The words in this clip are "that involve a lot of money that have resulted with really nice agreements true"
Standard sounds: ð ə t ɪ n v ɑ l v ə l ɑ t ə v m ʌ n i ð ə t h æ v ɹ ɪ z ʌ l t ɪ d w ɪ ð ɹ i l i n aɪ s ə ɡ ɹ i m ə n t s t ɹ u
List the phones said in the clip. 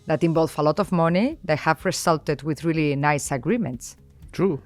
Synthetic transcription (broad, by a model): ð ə t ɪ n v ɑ l f ə l ɑ t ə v m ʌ n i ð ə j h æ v ɹ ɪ s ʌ l t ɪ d w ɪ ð ɹ i l i n aɪ s ə ɡ ɹ i m ə n t s t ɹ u